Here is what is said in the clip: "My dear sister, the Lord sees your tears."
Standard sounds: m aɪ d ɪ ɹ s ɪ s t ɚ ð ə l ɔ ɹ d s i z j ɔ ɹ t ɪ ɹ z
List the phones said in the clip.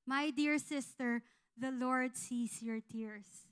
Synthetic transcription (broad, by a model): m aɪ d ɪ ɹ s ɪ s t ɚ ð ə l ɔ ɹ d s i s j ɔ ɹ t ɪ ɹ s